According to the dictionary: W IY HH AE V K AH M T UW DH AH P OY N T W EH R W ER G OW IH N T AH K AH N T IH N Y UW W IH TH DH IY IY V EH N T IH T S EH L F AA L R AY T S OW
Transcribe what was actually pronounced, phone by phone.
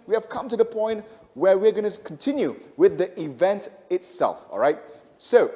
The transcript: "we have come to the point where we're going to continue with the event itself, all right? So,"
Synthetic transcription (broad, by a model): W IY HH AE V K AH M T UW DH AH P OY N T W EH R W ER G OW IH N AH K AH N T IH N Y UW W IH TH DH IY IY V EH N T IH T S EH L F AA L R AY T S OW